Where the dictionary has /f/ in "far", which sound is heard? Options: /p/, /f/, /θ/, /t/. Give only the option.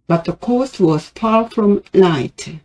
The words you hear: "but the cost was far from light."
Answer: /p/